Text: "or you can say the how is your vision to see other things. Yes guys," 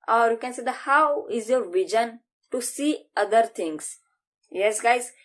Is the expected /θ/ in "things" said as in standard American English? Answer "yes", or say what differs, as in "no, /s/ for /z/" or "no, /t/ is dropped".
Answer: no, /t/ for /θ/